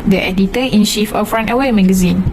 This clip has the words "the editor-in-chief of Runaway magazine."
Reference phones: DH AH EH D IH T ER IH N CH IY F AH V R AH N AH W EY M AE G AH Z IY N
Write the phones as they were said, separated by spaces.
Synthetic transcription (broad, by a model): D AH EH D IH T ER IH N SH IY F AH F R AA N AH W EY M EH G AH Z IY N